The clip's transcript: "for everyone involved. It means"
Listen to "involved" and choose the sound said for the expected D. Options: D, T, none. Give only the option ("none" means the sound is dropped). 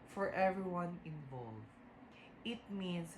none